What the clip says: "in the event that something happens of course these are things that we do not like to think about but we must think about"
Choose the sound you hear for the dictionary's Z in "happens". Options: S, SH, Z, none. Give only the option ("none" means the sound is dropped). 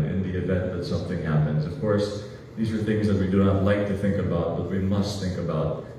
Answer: Z